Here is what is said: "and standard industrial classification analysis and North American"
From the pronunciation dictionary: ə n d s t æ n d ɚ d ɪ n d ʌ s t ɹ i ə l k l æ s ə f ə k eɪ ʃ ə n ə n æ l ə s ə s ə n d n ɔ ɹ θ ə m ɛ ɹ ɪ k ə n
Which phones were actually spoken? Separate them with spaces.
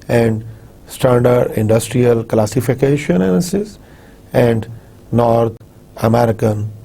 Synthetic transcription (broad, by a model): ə n d s t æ n d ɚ d ɪ n d ʌ s t ɹ i ə l k l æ s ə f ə k eɪ ʃ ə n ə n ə s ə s ə n d n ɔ ɹ t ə m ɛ ɹ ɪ k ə n